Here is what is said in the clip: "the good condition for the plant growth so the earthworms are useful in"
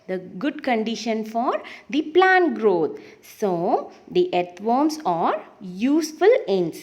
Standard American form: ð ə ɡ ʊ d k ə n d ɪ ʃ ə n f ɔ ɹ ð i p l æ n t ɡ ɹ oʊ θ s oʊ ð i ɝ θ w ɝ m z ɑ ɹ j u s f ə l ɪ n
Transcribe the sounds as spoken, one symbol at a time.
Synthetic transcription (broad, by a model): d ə ɡ ʊ d k ə n d ɪ ʃ ə n f ɔ ɹ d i p l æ n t ɡ ɹ oʊ t s oʊ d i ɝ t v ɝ m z ɑ ɹ j u s f ə l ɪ n